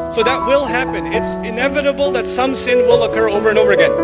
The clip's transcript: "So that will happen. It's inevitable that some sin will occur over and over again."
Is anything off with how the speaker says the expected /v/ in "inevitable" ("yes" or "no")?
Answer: no